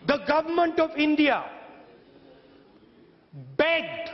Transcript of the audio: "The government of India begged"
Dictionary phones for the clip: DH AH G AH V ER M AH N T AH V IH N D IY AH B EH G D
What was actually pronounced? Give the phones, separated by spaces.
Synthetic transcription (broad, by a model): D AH G AH V ER M AH N T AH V IH N D IY AH B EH G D